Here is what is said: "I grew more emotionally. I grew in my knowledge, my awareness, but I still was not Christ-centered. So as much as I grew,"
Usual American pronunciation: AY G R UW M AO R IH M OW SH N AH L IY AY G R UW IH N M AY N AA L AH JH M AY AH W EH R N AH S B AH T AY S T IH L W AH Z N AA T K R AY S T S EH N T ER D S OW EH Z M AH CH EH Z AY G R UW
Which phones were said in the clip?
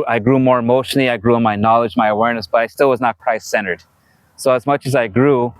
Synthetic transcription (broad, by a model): AY G R UW M AO R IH M OW SH N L IY AY G R UW IH N M AY N AA L AH JH M AY AH W EH R N AH S B AH T AY S T IH L W AH Z N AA T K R AY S S EH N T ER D S OW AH Z M AH CH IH Z AY G R UW